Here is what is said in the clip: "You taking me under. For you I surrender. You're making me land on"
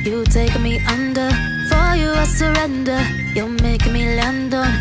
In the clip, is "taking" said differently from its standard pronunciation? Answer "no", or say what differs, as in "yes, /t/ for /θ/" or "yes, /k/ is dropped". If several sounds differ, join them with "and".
yes, /k/ is dropped